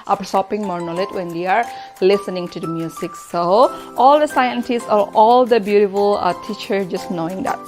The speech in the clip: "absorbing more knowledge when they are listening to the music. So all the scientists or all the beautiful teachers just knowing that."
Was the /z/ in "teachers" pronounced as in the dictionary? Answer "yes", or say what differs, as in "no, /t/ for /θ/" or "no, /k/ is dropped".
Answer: no, /z/ is dropped